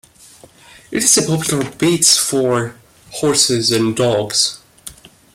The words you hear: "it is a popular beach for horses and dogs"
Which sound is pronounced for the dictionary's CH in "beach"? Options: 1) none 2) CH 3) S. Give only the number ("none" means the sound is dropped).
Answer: 3